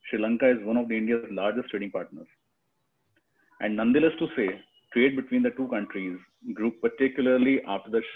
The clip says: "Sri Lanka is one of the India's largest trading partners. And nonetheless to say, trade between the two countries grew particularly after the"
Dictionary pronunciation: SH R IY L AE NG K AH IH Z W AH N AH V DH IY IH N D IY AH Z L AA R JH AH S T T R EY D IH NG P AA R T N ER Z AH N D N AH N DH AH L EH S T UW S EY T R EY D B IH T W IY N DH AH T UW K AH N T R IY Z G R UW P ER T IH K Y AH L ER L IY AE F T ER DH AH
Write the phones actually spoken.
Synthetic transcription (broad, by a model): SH R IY L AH NG K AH IH Z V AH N AH V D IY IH N D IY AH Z L AA R JH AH S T T R EY D IH NG P AA R T N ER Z AH N D N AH N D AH L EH S T UW S EY T R EY D B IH T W IY N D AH T UW K AH N T R IY Z G R UW P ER T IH K Y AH L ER L IY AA F T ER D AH